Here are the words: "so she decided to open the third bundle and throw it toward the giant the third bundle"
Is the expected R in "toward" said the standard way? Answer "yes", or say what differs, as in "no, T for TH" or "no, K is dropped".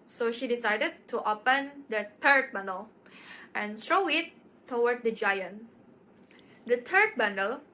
no, W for R